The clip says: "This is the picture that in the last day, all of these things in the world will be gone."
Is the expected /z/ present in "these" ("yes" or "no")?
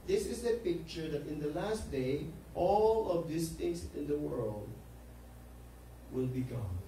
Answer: no